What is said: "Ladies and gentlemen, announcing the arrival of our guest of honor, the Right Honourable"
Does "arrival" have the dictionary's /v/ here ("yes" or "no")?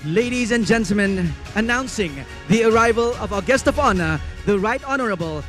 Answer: yes